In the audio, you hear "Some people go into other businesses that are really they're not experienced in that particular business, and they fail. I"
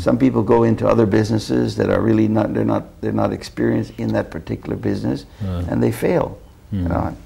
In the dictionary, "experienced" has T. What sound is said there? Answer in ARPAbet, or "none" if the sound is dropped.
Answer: T